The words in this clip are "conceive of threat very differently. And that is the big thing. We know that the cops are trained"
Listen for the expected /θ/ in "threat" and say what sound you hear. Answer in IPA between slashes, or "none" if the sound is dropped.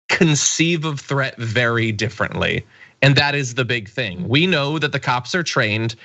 /θ/